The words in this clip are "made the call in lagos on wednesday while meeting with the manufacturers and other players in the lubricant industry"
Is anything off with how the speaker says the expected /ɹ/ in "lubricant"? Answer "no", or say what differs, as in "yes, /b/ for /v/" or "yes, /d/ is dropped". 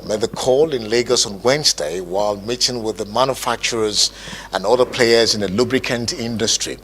no